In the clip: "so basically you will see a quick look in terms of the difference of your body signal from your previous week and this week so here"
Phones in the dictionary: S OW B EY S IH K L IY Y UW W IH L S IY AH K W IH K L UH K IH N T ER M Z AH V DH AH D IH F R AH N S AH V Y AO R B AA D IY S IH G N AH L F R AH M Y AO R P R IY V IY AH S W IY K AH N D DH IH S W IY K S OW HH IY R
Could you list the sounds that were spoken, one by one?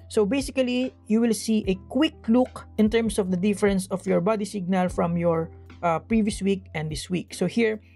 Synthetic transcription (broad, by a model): S OW B EY S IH K L IY Y UW W IH L S IY AH K W IH K L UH K IH N T ER M S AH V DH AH D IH F R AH N S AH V Y AO R B AA D IY S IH G N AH L F R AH M Y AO R P R IY V IY AH S W IY K AH N D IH S W IY K S OW HH IY R